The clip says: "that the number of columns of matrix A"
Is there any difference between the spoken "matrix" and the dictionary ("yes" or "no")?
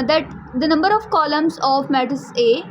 yes